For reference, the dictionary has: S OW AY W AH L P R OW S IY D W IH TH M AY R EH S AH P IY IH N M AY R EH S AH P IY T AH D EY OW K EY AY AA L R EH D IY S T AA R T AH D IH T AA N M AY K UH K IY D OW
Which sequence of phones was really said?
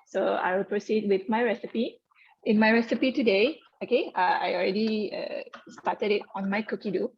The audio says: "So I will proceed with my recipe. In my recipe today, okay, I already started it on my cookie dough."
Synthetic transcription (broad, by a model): S OW AY W AH L P R OW S IY D W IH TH M AY R EH S AH P IY IH N M AY R EH S AH P IY T AH D EY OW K EY AY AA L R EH D IY S T AA T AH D IH T AA N M AY K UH K IY D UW